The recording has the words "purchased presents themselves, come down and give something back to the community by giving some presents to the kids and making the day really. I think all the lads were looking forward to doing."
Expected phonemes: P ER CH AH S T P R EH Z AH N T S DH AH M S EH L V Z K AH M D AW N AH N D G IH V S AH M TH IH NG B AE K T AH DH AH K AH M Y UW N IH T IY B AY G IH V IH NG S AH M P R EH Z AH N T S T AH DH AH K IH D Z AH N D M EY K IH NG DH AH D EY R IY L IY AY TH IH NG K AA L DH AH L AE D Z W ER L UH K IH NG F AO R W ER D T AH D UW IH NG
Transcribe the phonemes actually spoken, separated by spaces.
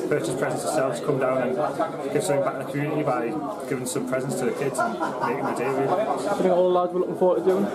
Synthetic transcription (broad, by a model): P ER CH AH S P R EH Z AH N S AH S EH L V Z K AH M D AW N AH N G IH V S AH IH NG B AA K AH DH AH K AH M Y UW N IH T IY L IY G IH V IH NG S AH M P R EH Z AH N S T AH DH AH K IH D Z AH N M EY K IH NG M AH D EY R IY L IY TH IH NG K AA L AH L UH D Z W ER L UH K IH NG F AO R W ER T AH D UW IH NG